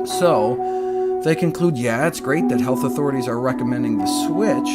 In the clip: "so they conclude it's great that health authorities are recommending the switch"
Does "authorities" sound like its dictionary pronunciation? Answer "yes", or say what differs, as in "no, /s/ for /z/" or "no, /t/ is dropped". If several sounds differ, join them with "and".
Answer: yes